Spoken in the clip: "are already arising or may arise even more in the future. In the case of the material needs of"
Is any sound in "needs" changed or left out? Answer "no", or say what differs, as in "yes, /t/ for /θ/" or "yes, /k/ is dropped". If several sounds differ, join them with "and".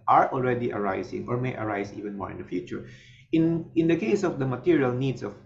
yes, /s/ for /z/